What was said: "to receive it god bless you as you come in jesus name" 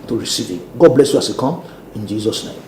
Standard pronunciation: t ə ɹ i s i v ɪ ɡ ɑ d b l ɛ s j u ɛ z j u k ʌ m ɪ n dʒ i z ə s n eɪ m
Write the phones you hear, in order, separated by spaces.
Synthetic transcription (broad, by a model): t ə ɹ i s i v ɪ ɡ ɑ d b l ɛ s j u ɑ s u k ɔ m ɪ n dʒ i z ə s n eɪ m